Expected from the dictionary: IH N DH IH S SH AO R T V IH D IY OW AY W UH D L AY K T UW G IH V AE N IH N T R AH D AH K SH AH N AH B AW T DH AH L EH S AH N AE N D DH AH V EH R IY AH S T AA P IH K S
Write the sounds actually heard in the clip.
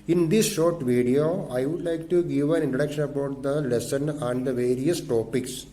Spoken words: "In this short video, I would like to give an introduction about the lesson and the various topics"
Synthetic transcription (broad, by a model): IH N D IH S SH AO R T V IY D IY OW AY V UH D L AY K T UW G IH V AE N IH N T R AH D AH K SH AH N AH B AW T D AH L EH S AH N AE N D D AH V EH R IY AH S T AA P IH K S